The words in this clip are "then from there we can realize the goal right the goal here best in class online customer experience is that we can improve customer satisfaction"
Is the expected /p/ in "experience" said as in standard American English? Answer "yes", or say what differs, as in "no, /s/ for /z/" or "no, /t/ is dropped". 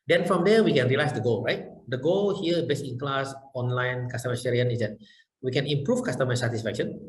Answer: no, /p/ is dropped